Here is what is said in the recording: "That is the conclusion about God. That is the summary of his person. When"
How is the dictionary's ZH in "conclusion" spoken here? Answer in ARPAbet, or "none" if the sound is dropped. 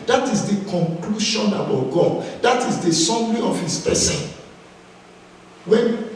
SH